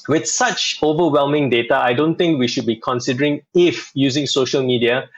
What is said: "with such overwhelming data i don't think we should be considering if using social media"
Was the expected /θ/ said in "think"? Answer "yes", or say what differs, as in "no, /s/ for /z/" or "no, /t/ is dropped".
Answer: no, /t/ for /θ/